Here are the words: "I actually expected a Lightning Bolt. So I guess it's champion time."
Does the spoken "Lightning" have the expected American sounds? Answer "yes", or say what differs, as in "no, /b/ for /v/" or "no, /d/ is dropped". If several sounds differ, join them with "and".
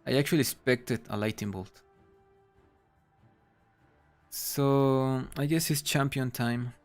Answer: no, /n/ is dropped